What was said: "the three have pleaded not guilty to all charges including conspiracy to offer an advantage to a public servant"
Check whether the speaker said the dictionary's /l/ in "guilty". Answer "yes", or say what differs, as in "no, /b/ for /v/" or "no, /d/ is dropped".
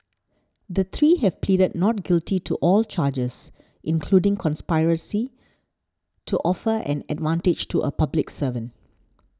yes